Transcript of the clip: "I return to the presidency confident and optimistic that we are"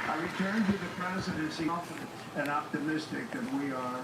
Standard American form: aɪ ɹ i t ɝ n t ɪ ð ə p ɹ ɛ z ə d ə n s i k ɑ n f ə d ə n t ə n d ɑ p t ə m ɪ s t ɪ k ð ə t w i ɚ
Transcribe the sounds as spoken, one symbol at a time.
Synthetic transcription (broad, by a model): aɪ ɹ i t ɝ n t ɪ ð ə p ɹ ɛ z ə d ə n s i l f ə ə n ə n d ɑ p t ə m ɪ s t ɪ k ð ə t w i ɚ